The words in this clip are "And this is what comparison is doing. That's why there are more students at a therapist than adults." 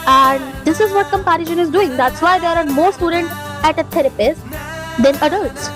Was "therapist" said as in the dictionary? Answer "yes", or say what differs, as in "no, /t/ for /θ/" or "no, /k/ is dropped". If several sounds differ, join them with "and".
no, /t/ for /θ/